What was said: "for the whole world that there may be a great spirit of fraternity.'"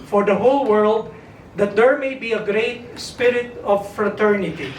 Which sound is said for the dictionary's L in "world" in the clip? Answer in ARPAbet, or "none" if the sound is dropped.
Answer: L